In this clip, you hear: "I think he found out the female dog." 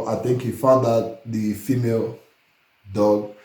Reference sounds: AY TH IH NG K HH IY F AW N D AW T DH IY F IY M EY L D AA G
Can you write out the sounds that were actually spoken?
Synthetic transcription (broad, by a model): AY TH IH NG K HH IY F AW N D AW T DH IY F IY M EY L D AA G